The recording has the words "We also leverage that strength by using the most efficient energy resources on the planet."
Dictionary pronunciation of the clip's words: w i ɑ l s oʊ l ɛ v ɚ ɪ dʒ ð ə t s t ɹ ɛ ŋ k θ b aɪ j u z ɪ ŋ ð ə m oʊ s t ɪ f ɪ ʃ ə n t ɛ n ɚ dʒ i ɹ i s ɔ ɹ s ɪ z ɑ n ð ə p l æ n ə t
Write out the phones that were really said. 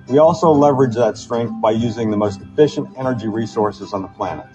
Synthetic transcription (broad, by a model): w i ɑ l s oʊ l ɛ v ɚ ɪ dʒ ð ə t s t ɹ ɛ ŋ k θ b aɪ j u z ɪ ŋ ð ə m oʊ s t ɪ f ɪ ʃ ə n t ɛ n ɚ dʒ i ɹ i s ɔ ɹ s ɪ z n ð ə p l æ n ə t